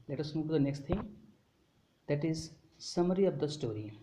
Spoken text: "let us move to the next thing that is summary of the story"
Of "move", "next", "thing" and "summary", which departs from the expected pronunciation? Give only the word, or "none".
thing